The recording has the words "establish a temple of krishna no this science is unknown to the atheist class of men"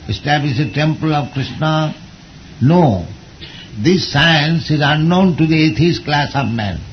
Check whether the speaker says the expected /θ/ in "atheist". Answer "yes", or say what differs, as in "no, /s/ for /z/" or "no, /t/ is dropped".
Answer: no, /t/ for /θ/